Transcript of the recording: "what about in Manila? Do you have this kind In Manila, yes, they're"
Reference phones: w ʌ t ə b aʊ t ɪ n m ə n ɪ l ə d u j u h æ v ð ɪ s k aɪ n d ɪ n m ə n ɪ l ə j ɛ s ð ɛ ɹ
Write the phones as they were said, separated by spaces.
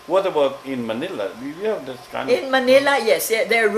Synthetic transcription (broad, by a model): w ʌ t ə b aʊ t ɪ n m ə n ɪ l ə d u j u h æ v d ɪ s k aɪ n ɪ n m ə n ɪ l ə j ɛ s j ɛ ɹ